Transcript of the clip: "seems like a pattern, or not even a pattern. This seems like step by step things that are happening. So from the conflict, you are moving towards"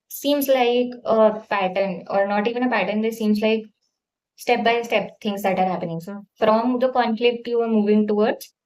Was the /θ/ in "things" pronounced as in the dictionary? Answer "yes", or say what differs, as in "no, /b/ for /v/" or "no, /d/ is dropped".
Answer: no, /t/ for /θ/